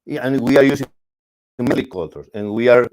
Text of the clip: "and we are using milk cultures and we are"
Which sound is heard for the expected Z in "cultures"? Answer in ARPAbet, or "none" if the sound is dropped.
S